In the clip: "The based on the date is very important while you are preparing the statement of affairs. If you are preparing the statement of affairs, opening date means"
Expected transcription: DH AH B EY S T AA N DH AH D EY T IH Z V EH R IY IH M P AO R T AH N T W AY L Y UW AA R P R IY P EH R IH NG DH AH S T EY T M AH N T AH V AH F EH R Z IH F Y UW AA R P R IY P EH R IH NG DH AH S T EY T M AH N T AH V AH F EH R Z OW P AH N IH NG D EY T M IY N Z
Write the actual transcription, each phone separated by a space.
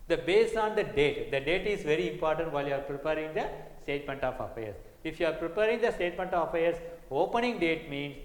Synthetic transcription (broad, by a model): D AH B EY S AA N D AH D EY T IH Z V EH R IY IH M P AO R T AH N T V AY L Y UW AA R P R IY P EH R IH NG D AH S T EY T M AH N T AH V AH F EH R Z IH F Y UW AA R P R IY P EH R IH NG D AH S T EY T M AH N T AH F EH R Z OW P AH N IH NG D EY T M IY N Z